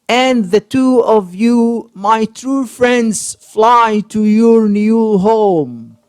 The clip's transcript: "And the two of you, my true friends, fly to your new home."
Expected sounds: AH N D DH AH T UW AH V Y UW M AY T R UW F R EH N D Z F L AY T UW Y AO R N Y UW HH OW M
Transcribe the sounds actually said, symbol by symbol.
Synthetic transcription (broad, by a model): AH N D DH AH T UW AH V Y UW M AY T R UW F R EH N D Z F L AY T UW Y AO R N Y UW HH OW M